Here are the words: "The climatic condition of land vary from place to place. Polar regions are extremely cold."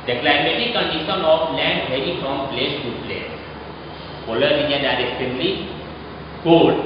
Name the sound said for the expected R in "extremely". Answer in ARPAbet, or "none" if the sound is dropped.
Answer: none